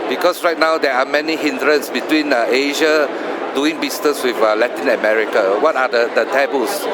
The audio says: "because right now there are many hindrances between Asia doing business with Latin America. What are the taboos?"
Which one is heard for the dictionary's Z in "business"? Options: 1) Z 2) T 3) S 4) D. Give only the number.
3